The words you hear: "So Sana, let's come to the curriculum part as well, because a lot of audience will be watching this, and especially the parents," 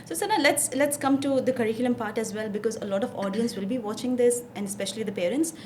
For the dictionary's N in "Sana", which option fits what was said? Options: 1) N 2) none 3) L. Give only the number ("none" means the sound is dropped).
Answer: 3